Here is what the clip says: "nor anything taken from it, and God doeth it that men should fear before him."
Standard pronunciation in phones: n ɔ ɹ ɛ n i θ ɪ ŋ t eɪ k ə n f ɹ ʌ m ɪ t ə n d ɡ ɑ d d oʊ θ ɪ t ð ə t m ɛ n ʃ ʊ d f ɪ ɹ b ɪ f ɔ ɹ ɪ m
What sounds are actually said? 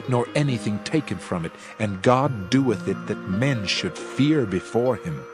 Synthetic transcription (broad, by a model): n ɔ ɹ ɛ n i θ ɪ ŋ t eɪ k ə n f ɹ ʌ m ɪ t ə n ɡ ɑ d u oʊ θ ɪ t ð ə t m ɛ n ʃ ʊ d f ɪ ɹ b ɪ f ɔ ɹ ɪ m